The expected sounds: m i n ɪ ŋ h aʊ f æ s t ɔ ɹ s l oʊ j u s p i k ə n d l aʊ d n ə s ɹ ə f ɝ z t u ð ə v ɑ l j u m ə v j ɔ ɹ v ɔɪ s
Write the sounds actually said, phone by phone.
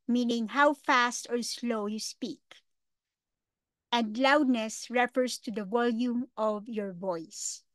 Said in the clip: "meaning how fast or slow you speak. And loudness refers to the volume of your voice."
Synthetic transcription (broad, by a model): m i n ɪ ŋ h aʊ f æ s t ɔ ɹ s l oʊ j u s p i k ə n d l aʊ d n ə s ɹ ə f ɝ s t u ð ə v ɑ l j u m ə v j ɔ ɹ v ɔɪ s